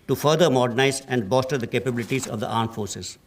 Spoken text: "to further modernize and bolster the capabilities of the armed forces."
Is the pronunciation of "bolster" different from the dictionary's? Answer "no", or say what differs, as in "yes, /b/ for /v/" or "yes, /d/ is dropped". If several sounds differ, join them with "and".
yes, /l/ is dropped